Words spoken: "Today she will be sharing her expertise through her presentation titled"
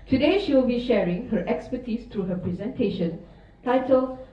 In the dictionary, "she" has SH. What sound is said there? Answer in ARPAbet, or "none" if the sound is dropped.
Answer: SH